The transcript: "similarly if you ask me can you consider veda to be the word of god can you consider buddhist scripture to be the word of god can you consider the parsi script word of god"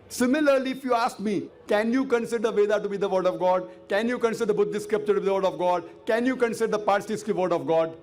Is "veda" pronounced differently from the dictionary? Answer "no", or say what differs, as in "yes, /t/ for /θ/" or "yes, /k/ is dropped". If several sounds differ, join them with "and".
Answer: no